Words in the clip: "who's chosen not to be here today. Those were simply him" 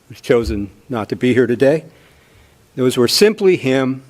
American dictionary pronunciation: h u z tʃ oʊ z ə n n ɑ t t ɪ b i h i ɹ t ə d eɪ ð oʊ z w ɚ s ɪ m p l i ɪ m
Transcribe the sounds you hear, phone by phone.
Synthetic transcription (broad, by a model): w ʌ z tʃ oʊ z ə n n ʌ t t ɪ b i h i ɹ t ə d eɪ ð oʊ z w ɚ s ɪ m p l i ɪ m